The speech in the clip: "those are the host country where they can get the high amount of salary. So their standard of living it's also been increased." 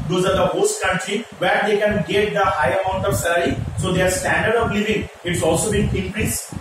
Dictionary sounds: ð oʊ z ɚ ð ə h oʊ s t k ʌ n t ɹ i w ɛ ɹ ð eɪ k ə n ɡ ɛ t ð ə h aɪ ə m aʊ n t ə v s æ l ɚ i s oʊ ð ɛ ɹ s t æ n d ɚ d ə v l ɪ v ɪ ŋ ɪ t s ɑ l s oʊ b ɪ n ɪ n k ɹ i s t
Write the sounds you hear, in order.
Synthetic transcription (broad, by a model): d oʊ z ɚ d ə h oʊ s t k ʌ n t ɹ i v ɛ ɹ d eɪ k ə n ɡ ɛ t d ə h aɪ ə m aʊ n t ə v s æ l ɚ i s oʊ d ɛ ɹ s t æ n d ɚ d ə v l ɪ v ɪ ŋ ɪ t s ɑ l s oʊ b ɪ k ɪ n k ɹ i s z